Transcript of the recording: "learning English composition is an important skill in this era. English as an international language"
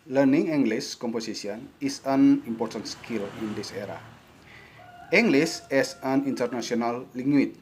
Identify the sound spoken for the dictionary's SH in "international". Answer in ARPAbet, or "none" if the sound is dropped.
S